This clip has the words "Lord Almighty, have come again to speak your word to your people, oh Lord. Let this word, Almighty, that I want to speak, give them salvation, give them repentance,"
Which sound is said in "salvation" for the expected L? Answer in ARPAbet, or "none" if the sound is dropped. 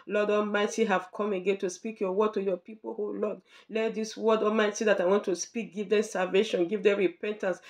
L